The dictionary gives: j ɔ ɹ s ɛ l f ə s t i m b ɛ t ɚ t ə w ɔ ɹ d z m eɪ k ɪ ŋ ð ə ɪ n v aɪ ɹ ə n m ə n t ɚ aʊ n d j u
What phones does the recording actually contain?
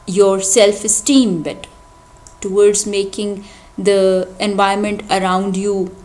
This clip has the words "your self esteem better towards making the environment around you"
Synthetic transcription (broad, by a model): j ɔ ɹ s ɛ l f ə s t i m b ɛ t t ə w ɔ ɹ d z m eɪ k ɪ ŋ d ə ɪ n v aɪ ə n m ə n t ɚ aʊ n d j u